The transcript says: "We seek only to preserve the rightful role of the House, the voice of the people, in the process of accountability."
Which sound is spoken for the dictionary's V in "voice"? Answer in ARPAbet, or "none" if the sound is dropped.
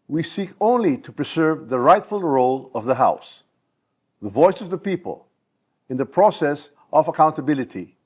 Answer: V